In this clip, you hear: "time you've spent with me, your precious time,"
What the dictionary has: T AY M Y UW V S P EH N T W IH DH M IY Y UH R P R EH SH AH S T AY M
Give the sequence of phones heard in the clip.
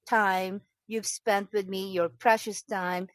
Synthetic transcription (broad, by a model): T AY M Y UW V S P EH N T W IH DH M IY Y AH R P R EH SH AH S T AY M